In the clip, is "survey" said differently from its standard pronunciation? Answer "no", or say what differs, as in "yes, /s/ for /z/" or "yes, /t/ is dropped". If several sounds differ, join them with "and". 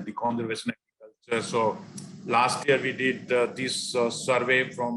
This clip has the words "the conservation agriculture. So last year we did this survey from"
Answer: no